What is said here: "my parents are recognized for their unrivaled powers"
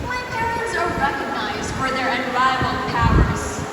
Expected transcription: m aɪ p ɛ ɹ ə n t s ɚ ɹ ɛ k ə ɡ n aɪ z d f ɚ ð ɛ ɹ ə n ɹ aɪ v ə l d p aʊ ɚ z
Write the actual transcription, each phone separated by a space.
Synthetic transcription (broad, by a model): m aɪ p ɛ ɹ ə n t s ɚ ɹ ɛ k ə ɡ n aɪ z d f ɚ ð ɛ ɹ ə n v aɪ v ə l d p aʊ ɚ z